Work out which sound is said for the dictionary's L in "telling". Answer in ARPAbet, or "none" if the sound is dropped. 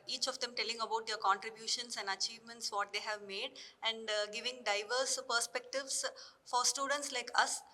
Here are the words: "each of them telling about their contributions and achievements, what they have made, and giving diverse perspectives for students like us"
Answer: L